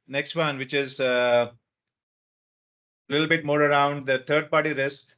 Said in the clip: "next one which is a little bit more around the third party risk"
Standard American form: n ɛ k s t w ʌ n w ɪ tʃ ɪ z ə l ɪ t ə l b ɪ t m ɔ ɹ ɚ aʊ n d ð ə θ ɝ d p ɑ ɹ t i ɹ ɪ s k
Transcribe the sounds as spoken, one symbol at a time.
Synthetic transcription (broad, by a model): n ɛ k s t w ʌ n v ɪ tʃ ɪ z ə l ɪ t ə l b ɪ t m ɔ ɹ ɚ aʊ n d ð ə t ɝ d p ɑ ɹ t i ɹ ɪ s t